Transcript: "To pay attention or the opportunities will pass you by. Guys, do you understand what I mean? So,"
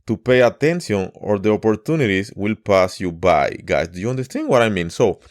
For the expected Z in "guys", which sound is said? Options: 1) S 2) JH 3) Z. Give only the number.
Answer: 1